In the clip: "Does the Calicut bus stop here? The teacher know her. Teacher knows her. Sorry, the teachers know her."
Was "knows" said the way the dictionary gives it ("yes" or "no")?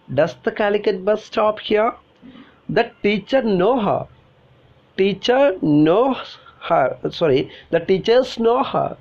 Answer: no